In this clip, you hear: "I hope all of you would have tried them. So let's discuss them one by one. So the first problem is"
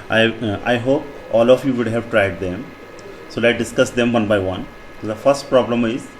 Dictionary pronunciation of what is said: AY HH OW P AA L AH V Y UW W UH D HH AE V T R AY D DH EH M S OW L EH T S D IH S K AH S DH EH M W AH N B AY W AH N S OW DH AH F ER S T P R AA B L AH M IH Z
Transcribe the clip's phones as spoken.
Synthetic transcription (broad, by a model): AY HH OW P AA L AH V Y UW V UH D HH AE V T R AY D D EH M S OW L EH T D IH S K AH S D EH M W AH N B AY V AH N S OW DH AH F ER S T P R AA B L AH M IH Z